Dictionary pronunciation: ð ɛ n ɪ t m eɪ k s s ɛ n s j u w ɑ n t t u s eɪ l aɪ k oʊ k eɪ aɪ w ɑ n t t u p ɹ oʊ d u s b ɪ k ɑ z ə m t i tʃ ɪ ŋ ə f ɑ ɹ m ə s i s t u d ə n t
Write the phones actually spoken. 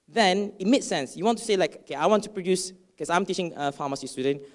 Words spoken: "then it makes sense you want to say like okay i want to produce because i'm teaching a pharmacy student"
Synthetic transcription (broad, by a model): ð ɛ n ɪ t m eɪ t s s ɛ n s j u w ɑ n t t u s eɪ l aɪ k oʊ k eɪ aɪ w ɑ n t t u p ɹ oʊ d u s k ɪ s ɑ ə m t i tʃ ɪ ŋ ə f ɑ m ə s i s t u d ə n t